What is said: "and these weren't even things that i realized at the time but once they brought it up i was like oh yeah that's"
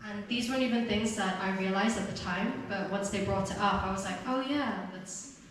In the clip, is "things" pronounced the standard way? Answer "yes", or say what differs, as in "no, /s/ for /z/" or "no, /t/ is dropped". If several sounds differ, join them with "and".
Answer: yes